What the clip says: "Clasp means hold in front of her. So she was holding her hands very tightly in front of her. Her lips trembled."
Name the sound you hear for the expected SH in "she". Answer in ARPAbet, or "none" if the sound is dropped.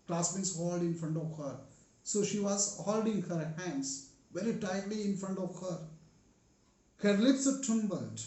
SH